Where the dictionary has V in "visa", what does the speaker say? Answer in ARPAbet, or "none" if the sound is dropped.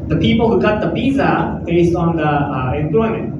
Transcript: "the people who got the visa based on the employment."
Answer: P